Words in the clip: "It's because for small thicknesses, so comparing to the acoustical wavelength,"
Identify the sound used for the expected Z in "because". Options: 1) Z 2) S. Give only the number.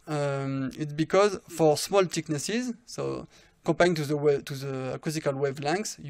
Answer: 1